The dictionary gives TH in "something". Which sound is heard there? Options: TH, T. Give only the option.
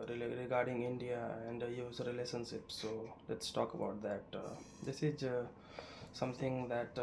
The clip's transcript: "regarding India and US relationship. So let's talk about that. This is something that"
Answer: T